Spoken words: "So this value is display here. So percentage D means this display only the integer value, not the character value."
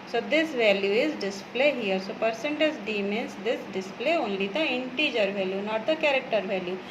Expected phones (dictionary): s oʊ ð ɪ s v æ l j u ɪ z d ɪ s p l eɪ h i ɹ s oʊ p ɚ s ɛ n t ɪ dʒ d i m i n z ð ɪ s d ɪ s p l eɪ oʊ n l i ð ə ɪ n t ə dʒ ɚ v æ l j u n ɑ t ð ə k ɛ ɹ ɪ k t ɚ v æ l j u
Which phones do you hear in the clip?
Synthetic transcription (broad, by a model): s oʊ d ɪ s v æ l j u ɪ z d ɪ s p l eɪ h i ɹ s oʊ p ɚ s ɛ n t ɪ z d i m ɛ n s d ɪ s d ɪ s p l eɪ oʊ n l i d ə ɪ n t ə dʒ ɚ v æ l j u n ɑ t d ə k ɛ ɹ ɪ k t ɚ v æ l j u